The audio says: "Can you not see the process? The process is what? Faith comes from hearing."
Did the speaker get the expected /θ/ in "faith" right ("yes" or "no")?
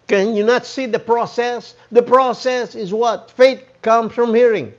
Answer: no